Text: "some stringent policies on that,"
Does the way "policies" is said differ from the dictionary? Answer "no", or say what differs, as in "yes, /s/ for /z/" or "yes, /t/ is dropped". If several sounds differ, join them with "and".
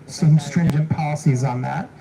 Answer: no